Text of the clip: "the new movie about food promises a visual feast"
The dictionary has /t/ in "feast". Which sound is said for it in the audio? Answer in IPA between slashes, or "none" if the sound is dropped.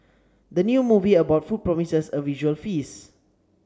none